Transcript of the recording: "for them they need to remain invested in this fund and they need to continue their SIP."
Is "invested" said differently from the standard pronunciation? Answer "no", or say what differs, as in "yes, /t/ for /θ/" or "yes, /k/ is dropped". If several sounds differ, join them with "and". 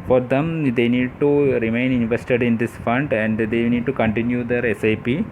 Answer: no